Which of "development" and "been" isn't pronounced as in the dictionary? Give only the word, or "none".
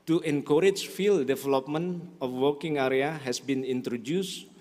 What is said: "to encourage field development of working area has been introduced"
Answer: development